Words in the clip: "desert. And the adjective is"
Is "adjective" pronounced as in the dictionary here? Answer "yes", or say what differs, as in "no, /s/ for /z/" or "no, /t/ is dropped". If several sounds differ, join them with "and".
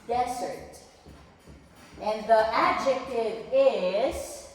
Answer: yes